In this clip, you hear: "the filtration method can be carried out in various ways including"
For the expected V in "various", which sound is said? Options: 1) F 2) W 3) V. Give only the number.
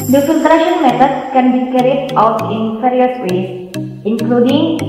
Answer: 1